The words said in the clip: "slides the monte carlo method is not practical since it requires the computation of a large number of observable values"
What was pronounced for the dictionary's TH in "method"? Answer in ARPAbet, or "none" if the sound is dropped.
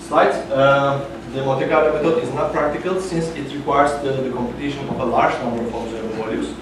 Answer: T